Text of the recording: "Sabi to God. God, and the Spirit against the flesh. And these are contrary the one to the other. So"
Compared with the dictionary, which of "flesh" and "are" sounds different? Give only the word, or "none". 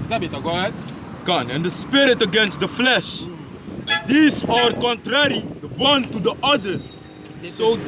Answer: none